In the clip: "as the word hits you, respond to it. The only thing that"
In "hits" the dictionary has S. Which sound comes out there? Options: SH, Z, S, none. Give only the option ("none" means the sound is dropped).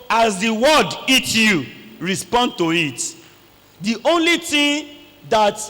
none